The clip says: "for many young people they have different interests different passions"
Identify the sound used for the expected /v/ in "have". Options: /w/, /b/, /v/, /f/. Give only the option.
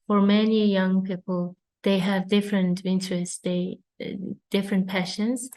/v/